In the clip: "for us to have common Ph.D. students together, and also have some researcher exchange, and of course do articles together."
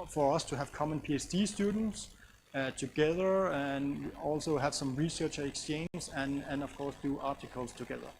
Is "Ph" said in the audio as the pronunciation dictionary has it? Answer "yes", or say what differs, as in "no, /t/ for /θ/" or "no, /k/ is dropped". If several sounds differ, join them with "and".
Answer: no, /s/ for /tʃ/